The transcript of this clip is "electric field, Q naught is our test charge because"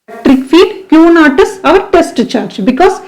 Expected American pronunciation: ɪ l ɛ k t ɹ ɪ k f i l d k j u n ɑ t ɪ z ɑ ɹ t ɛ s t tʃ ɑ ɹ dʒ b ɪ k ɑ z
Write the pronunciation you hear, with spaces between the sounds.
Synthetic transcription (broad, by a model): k t ɹ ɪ k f i d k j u n ɑ t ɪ s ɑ ɹ t ɛ s t tʃ ɑ ɹ dʒ b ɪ k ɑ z